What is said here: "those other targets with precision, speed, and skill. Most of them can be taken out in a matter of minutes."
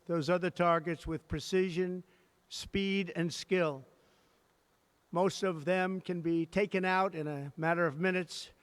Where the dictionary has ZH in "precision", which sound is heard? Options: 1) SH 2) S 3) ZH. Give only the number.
3